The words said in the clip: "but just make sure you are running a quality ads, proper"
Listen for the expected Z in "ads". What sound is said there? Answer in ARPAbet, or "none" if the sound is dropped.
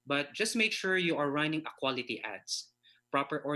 S